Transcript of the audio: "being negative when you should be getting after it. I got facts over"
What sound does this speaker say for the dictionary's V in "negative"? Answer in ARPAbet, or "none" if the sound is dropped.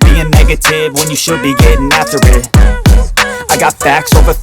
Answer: V